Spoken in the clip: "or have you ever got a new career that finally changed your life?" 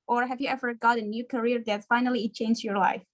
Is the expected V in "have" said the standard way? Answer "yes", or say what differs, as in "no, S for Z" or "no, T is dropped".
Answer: yes